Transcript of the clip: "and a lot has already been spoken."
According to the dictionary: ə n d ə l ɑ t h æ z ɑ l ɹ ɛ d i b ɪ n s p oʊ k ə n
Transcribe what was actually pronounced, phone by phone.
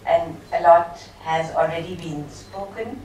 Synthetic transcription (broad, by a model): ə n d ə l ɑ t h æ z ɑ l ɹ ɛ d i b ɪ n s p oʊ k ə n